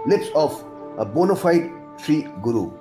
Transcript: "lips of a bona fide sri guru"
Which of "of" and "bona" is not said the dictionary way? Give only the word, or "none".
of